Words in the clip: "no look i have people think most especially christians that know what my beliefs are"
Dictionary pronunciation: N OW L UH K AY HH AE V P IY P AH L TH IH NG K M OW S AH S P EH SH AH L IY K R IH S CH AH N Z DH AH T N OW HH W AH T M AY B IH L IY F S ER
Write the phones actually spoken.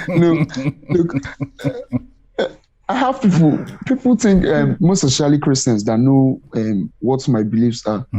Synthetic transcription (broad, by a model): N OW L UH K AY HH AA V P IY P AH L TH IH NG K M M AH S EH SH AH L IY K R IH S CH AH N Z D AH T N OW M W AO T M AY B IH L IY F S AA